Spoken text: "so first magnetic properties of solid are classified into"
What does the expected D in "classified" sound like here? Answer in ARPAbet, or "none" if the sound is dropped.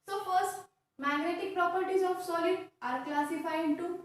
none